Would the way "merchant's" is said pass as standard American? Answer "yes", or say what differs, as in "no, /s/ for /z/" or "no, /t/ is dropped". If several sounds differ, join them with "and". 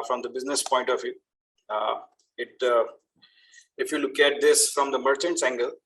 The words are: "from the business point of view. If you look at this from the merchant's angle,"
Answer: yes